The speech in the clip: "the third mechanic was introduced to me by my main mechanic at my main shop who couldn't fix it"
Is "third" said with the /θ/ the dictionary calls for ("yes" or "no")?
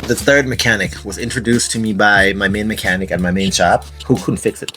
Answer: yes